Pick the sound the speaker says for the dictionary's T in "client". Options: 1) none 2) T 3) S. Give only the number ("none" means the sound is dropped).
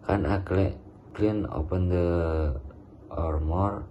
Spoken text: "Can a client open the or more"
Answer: 1